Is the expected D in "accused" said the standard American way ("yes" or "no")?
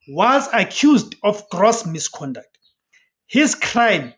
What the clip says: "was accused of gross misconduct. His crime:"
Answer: yes